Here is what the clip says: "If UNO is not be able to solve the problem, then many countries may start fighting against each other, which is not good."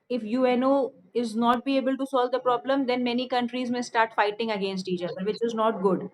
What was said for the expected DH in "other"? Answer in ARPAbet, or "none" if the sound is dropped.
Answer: none